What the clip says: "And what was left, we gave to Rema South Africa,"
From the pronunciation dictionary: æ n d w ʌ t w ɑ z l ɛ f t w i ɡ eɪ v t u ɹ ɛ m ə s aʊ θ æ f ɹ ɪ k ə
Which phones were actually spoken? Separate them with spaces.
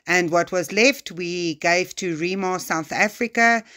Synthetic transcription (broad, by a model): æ n d w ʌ t w ɑ z l ɛ f t w i ɡ eɪ v t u ɹ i m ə s aʊ θ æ f ɹ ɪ k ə